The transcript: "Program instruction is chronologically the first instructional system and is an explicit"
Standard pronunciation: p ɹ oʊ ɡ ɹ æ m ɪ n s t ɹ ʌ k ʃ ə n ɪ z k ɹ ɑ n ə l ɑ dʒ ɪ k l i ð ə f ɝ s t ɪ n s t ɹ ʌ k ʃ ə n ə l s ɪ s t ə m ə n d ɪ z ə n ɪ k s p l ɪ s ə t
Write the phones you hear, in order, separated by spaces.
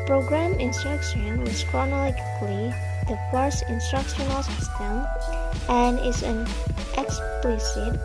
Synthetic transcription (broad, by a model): p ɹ oʊ ɡ ɹ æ m ɪ n s t ɹ ʌ k ʃ ə n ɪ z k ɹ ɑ n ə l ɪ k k l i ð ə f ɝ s ɪ n s t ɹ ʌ k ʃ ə n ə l s ɪ s t ə m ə n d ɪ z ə n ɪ k s p l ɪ s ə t